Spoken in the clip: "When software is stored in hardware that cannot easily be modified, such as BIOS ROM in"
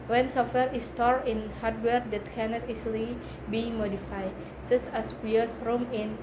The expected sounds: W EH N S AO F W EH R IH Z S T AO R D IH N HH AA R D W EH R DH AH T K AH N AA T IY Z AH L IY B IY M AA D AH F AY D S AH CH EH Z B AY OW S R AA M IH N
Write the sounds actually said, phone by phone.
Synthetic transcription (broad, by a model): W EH N S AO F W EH R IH S T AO R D IH N HH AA R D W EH R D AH T K AH N AA T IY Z L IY B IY M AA D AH F AY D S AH S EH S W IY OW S R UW M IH N